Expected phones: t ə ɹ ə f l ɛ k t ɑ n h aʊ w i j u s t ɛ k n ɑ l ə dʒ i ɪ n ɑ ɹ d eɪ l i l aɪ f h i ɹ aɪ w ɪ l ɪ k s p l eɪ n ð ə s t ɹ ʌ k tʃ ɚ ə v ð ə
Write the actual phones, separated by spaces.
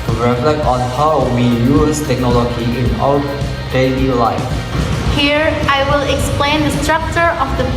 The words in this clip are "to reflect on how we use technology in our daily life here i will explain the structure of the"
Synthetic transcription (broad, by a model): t ɹ ə f l ɛ k t ɑ n h aʊ w i j u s t ɛ k n ɑ l ə dʒ i ɪ n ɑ w d eɪ l i l aɪ f h i ɹ aɪ w ɪ l ɪ k s p l eɪ n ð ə s t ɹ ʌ k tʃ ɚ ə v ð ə